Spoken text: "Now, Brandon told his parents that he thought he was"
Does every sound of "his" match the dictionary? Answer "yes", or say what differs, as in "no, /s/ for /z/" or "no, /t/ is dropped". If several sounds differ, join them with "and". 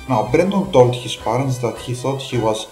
no, /s/ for /z/